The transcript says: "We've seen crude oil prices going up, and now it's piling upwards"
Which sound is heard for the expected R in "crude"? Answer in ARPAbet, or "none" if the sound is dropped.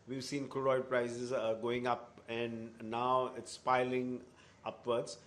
none